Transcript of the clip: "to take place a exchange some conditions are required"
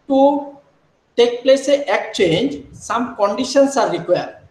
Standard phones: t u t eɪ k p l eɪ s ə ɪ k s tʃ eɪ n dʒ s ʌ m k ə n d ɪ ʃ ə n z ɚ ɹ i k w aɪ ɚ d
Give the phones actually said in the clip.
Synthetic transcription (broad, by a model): t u t eɪ k p l eɪ s ə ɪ k tʃ eɪ n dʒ s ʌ m k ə n d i ʃ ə n s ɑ ɹ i k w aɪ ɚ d